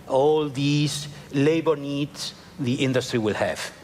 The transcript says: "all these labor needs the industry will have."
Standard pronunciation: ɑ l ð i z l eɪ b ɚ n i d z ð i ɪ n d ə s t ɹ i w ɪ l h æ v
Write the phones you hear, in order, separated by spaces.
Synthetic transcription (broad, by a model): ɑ l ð i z l eɪ b ɚ n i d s ð i ɪ n d ə s t ɹ i w ɪ l h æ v